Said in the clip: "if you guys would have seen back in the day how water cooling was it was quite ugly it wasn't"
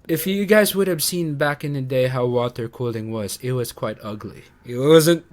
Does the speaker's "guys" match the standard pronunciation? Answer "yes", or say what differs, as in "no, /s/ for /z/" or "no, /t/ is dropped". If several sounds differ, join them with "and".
yes